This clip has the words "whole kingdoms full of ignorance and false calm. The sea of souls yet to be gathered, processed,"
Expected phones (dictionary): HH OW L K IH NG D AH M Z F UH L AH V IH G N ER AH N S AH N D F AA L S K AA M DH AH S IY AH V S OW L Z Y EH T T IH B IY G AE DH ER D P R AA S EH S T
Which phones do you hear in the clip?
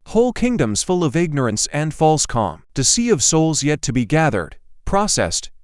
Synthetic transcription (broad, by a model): HH OW L K IH NG D AH M Z F UH L AH V IH G N ER AH N S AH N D F AA L S K AA M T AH S IY AH V S OW L Z Y EH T T IH B IY G AE DH ER D P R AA S EH S T